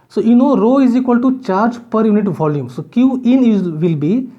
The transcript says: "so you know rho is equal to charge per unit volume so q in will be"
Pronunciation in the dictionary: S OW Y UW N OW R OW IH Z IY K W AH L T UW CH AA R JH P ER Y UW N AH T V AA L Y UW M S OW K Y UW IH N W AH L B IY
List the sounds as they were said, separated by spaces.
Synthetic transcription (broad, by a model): S OW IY N OW R OW IH Z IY K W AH L T UW CH AA R JH P ER Y UW N AH T V AA L Y UW M S OW K Y UW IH N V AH L B IY